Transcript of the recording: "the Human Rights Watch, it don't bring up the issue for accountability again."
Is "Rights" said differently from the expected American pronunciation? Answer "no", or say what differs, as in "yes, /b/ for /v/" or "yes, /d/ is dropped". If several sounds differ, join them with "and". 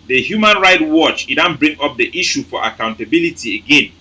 yes, /s/ is dropped